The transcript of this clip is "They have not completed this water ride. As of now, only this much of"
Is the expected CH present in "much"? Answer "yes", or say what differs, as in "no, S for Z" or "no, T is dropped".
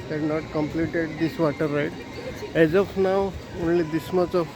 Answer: no, S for CH